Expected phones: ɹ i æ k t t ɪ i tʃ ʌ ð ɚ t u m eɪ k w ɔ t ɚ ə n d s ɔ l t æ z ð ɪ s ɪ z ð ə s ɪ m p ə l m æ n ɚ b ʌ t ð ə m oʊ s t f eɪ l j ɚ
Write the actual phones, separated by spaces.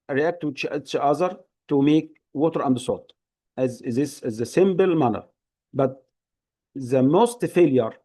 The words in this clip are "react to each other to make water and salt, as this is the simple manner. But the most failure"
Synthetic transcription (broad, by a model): ɹ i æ k t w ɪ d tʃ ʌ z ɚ t u m eɪ k w ɔ t ɚ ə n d s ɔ t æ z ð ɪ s ɪ z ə s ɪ m b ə l m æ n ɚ b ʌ t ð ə m oʊ s t f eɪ l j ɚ